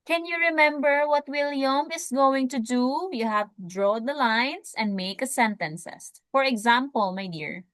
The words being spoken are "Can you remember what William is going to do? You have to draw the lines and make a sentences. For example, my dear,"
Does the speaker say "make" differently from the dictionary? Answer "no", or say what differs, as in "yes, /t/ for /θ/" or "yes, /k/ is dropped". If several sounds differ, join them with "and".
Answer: no